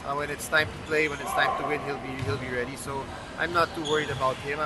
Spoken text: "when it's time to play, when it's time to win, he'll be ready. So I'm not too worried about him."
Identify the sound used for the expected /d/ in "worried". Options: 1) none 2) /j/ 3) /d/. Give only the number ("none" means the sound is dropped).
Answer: 3